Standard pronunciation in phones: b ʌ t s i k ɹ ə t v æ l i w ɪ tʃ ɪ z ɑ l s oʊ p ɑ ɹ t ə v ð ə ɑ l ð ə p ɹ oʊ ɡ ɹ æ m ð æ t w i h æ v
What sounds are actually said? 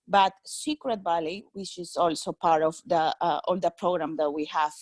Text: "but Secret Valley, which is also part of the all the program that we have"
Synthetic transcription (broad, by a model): b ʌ t s i k ɹ ə t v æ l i w ɪ tʃ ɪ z ɑ l s oʊ p ɑ ɹ t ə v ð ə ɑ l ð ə p ɹ oʊ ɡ ɹ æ m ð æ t w i h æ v